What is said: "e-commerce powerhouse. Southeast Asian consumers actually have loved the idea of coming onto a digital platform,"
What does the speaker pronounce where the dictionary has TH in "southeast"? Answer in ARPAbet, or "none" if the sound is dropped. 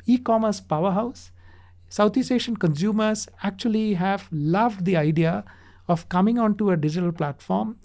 T